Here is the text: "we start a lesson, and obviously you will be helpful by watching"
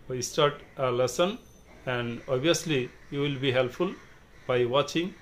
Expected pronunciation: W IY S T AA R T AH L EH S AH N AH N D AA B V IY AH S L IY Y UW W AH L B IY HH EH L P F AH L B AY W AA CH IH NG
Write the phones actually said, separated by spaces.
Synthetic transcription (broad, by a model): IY S T AA R T AH L EH S AH N AH N D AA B IY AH S L IY Y UW W AH L B IY HH EH L P F AH L B AY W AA CH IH NG